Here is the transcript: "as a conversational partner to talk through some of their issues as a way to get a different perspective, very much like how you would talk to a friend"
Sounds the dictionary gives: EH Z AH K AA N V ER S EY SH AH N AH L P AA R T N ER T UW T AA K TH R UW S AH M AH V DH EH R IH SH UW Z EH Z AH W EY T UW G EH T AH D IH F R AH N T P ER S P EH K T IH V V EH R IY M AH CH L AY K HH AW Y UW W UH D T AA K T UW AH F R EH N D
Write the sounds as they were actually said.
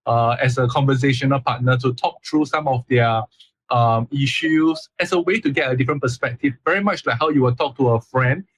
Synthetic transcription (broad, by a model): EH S AH K AA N V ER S EY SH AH N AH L P AA T N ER T UW T AA K T R UW S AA M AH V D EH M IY SH UW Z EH S AH W EY T UW G EH T AH D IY F R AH N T P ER S P EH K T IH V V EH R IY M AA CH L AY K HH AW Y UW W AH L T AA K T UW AH F R EH N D